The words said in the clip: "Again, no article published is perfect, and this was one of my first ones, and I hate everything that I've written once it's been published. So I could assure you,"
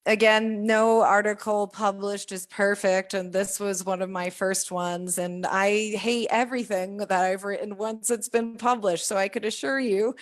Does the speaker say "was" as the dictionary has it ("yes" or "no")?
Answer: yes